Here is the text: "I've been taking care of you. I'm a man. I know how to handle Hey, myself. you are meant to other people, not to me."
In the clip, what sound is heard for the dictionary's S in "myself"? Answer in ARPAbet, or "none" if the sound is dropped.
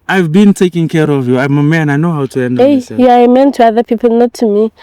none